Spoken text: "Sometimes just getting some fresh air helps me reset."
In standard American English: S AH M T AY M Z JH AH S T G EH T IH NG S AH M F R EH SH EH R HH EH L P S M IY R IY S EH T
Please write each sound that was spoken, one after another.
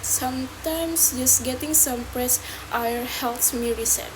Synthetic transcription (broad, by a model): S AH M T AY M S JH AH S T G EH T IH NG S AH M P R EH S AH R HH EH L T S M IY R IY S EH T